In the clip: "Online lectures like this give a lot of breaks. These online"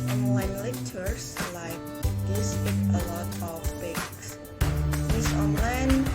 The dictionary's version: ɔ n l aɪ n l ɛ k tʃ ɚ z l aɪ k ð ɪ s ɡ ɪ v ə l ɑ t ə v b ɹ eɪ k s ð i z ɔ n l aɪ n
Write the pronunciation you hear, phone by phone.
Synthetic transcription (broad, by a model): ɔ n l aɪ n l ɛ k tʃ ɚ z l aɪ k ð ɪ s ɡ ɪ ə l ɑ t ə f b eɪ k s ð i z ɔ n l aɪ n